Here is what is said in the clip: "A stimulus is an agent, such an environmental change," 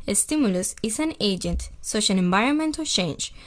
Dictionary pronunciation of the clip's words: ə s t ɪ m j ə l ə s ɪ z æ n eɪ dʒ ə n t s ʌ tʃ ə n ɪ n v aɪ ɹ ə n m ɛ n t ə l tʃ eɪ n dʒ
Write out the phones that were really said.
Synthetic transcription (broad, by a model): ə s t ɪ m j ə l ə s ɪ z æ n eɪ dʒ ə n t s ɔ ʃ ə l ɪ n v aɪ ɹ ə n m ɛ n t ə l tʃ eɪ n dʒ